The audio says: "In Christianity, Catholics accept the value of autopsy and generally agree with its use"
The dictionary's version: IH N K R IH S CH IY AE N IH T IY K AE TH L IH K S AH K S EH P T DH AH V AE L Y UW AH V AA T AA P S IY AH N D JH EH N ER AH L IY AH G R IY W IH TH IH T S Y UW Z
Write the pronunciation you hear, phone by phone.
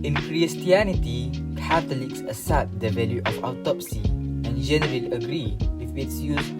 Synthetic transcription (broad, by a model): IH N K R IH S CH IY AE N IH T IY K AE T L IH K S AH S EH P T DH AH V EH L Y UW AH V AA T AA P S IY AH N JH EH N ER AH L AH G R IY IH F IH T S Y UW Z